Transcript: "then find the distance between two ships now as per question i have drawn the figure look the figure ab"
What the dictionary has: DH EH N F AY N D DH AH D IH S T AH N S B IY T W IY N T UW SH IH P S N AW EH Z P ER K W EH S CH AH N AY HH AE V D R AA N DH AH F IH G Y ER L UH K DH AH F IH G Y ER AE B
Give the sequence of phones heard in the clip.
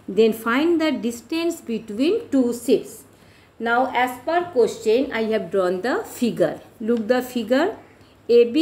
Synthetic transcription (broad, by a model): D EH N F AY N D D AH D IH S T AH N S B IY T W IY N T UW S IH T S N AW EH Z P ER K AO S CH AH N AY HH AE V D R AA N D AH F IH G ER L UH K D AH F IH G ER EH B